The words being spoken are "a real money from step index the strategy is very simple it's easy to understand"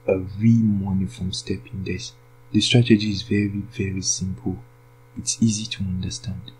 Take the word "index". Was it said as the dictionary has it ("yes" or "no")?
no